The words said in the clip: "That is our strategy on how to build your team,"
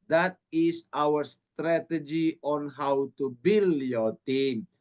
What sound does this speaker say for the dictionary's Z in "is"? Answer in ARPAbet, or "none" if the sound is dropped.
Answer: S